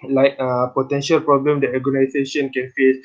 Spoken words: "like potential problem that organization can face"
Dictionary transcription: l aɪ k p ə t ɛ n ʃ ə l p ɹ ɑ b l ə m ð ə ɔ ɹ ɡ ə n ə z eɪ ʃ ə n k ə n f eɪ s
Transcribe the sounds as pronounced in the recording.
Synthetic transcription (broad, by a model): l aɪ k p ə t ɛ n ʃ ə l p ɹ ɑ b l ə m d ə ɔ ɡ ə n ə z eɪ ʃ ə n k ə n f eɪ s